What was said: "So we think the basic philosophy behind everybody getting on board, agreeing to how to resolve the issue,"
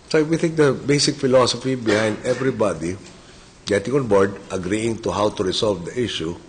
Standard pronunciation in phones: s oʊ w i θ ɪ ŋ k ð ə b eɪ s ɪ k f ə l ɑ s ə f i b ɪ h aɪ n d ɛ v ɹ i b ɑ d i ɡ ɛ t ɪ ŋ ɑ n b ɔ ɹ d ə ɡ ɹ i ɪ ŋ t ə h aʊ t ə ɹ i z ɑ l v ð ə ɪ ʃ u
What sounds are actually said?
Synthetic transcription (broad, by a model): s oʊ w i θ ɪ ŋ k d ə b eɪ s ɪ k f ə l ɑ s ə f i b ɪ h aɪ n d ɛ v ɹ i b ɑ d i ɡ ɛ t ɪ ŋ ɑ n b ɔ ɹ d ə ɡ ɹ i ɪ ŋ t ə h aʊ t ə ɹ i s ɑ l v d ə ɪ ʃ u